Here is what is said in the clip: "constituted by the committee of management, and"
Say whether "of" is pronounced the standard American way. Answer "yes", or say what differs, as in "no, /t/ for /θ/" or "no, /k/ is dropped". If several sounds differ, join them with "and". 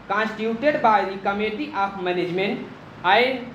no, /p/ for /v/